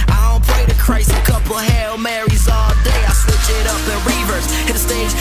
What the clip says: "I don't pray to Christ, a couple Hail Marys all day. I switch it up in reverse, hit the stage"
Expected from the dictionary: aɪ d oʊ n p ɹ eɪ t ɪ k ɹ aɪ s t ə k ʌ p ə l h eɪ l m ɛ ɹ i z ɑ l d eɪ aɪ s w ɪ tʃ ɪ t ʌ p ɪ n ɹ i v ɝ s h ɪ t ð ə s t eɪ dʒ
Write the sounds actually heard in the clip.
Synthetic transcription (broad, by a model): aɪ d oʊ n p l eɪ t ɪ k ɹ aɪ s ə k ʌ p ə h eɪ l m ɛ ɹ i z ɑ l d eɪ aɪ s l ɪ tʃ ɪ t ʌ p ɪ ɹ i v ɝ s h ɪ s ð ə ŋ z